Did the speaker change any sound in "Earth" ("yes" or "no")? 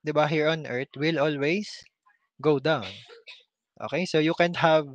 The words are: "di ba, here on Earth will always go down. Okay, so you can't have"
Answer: yes